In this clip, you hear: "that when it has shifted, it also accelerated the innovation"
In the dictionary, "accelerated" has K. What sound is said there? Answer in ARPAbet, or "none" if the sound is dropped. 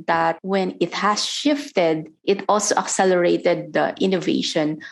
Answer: K